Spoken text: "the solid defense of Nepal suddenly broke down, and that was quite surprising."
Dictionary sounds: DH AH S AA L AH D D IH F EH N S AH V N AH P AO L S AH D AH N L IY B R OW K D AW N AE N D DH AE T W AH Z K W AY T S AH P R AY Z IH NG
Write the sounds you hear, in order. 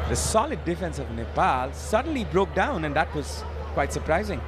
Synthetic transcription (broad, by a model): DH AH S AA L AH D D IH F EH N S AH V N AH P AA L S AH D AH N L IY B R OW K D AW N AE N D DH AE T W AH Z K W AY T S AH P R AY Z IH NG